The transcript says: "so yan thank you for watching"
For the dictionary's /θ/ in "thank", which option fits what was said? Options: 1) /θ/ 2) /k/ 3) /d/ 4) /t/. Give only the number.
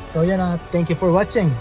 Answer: 4